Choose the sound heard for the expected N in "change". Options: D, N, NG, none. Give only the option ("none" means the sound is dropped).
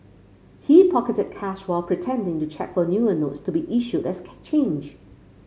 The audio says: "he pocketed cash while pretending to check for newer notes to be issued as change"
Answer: N